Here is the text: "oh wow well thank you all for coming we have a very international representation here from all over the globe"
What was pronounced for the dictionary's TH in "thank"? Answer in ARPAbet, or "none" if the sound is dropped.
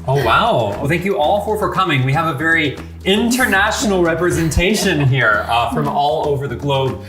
TH